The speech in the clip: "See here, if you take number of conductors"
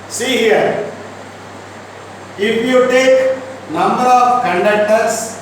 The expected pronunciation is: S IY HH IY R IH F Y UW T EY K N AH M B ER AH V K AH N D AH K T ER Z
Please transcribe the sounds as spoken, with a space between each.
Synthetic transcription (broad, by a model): S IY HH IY R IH P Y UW T EY K N AH M B ER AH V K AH N D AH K T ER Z